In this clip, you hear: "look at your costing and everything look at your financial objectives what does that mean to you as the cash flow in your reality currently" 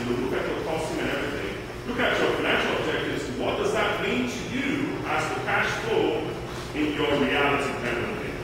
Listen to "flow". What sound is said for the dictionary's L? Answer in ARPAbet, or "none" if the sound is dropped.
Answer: none